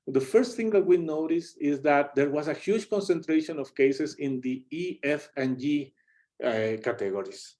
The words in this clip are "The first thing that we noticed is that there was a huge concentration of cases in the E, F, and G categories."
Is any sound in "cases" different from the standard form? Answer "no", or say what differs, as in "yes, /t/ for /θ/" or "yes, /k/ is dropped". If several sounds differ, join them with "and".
yes, /s/ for /z/